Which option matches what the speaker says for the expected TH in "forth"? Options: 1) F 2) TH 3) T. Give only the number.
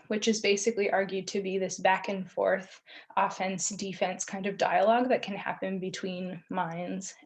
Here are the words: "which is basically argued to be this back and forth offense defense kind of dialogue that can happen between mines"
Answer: 2